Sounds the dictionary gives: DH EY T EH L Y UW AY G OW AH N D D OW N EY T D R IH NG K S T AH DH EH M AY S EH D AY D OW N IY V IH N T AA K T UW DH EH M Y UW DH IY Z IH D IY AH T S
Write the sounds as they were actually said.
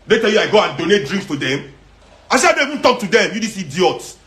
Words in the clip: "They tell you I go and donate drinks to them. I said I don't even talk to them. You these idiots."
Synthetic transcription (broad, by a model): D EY T EH L Y UW AY G OW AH N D D OW N EY T D R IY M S T AH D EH M AY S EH AY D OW IY V IH N T AA K T UW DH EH M Y UW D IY S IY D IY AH T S